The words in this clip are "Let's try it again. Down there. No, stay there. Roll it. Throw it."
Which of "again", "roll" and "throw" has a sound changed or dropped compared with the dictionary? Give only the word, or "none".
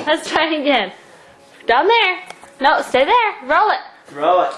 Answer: throw